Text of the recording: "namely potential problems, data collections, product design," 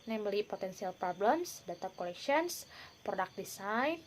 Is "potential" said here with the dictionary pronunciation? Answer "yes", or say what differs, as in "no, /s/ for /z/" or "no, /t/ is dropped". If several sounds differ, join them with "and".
no, /s/ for /ʃ/